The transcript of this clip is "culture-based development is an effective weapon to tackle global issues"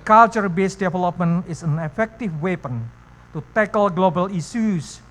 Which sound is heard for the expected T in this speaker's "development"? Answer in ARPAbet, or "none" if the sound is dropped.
none